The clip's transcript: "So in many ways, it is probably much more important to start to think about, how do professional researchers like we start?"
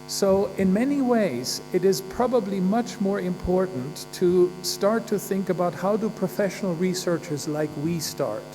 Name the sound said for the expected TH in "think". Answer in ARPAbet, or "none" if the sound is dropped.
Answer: TH